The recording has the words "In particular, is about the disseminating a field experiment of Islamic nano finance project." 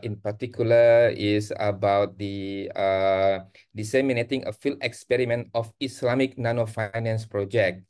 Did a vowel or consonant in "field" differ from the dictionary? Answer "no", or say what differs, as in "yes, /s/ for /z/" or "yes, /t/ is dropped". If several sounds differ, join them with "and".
yes, /d/ is dropped